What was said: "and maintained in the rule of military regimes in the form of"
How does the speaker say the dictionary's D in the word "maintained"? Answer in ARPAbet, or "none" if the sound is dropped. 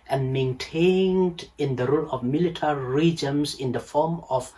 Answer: D